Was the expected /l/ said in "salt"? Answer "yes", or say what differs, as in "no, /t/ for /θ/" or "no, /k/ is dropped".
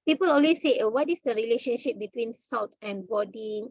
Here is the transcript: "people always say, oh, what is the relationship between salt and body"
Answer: yes